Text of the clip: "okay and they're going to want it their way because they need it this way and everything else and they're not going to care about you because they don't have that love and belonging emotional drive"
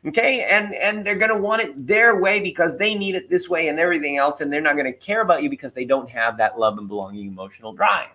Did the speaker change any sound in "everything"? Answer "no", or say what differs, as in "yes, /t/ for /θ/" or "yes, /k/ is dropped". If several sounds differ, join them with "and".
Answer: no